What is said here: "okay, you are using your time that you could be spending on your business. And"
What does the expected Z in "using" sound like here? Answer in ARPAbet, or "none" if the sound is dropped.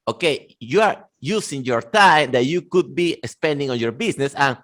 S